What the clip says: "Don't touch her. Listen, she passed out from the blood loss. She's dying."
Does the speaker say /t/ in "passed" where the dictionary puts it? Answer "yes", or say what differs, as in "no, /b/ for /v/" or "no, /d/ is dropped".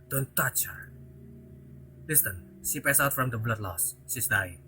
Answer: no, /t/ is dropped